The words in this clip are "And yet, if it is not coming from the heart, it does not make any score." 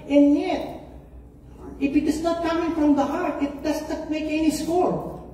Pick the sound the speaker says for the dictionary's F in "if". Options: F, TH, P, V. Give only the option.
F